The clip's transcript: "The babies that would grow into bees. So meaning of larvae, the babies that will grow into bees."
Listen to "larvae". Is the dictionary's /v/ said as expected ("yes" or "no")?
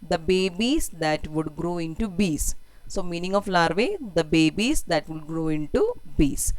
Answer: yes